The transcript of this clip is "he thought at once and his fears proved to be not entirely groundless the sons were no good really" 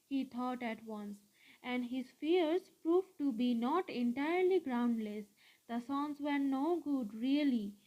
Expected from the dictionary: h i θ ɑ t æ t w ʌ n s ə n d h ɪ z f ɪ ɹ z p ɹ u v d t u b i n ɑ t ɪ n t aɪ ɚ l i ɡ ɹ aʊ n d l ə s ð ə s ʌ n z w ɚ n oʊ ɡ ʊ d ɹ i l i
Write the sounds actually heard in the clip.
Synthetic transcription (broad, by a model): h i t ɑ t æ t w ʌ n s ə n d h ɪ z f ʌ ɹ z p ɹ u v t u b i n ɑ t ɪ n t aɪ ɚ l i ɡ ɹ aʊ n d l ə s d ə s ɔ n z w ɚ n oʊ ɡ ʊ d ɹ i l i